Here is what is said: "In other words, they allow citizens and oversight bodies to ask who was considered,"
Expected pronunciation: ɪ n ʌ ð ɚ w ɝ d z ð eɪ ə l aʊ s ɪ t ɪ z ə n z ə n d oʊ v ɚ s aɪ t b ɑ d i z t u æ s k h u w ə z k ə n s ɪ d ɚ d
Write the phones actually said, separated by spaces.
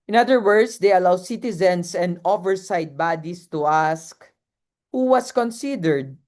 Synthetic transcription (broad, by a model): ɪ n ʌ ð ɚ w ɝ d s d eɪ ə l aʊ s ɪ t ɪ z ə n s ə n d oʊ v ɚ s aɪ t b ɑ d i s t u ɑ s k h u w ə s k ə n s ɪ d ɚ d